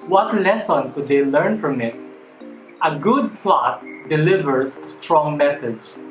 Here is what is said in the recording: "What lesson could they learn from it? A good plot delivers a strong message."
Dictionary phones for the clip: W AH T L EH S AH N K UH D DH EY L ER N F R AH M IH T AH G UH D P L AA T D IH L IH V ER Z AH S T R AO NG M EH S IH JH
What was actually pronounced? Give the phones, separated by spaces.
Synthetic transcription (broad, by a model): W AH T L EH S AH N K UH D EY L ER N F R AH M IH T AH G UH D P L AA T D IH L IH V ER S AH S T R AO NG M EH S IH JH